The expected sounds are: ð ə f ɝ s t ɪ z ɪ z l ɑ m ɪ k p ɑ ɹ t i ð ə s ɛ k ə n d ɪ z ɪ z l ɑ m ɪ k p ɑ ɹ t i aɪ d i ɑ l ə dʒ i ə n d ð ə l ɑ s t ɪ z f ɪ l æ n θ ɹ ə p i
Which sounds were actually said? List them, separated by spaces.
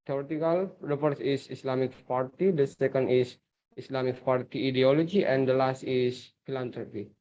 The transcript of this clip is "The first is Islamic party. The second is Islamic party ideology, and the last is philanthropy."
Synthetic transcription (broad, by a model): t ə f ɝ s ɪ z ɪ s l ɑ m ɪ k p ɑ ɹ t i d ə s ɛ k ə n d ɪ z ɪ s l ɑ m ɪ k p ɑ ɹ t i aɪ d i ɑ l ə dʒ i ə n d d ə l ɑ s t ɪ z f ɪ l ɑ n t ɹ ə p i